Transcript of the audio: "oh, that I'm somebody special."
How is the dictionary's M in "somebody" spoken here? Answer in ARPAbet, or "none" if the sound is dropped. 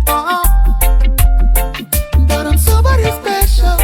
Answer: none